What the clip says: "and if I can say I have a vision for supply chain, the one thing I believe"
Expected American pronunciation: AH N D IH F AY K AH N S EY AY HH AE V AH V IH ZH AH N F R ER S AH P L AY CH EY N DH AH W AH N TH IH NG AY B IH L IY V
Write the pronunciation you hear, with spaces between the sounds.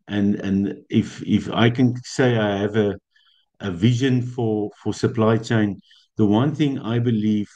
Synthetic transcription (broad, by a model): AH N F IH F AY K AH N S EY AY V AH AH V IH ZH AH N F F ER S AH P L AY CH EY N DH AH W AH N TH IH NG AY B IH L IY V